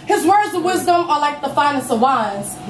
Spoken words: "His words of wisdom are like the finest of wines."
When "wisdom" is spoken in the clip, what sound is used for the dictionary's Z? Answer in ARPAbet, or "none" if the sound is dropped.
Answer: Z